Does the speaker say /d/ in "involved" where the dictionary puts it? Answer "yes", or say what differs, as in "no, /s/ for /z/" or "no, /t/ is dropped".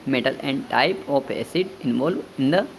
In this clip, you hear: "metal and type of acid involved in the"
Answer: no, /d/ is dropped